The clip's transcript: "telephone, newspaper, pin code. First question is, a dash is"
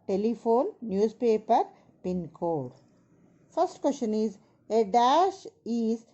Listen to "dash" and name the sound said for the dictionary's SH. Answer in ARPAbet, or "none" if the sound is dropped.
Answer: SH